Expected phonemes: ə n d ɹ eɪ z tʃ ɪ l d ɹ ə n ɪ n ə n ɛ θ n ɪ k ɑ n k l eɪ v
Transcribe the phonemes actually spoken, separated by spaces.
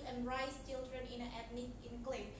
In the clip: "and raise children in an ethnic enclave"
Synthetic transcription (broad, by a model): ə n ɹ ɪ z tʃ ɪ l d ɹ ə n ɪ n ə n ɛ t n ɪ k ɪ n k l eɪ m